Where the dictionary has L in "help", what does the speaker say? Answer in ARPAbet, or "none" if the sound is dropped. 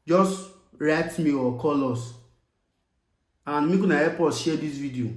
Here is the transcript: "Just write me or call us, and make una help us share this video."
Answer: none